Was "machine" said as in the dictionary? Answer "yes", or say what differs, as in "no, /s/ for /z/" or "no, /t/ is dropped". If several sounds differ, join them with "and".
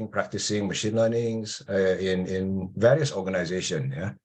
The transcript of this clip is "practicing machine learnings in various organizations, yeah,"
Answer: yes